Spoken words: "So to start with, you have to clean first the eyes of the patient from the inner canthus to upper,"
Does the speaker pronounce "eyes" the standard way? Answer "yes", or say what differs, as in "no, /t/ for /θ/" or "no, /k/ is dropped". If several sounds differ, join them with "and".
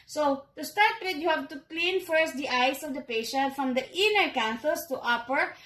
no, /s/ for /z/